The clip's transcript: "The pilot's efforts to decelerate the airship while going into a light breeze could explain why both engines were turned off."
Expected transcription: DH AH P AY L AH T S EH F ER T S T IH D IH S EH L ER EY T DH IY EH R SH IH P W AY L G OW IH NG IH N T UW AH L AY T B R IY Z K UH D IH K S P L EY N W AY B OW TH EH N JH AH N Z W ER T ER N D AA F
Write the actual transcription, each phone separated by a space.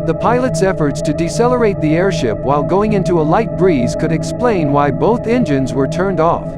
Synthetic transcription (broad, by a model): DH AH P AY L AH T S EH F ER T S T IH D IH S EH L ER EY T DH IY EH R SH IH P W AY L G OW IH NG IH N T UW AH L AY T B R IY Z K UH D IH K S P L EY N W AY B OW TH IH N JH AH N Z W ER T ER N D AA F